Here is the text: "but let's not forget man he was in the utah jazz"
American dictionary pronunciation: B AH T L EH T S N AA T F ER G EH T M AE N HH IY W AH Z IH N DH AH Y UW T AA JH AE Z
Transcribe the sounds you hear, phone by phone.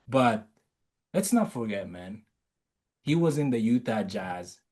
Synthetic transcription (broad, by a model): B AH T L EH T S N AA T F ER G EH T M AE N HH IY W AH Z IH N DH AH Y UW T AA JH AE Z